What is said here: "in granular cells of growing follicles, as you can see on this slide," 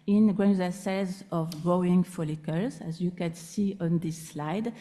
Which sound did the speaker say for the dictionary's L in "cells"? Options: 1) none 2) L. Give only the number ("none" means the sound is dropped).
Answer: 1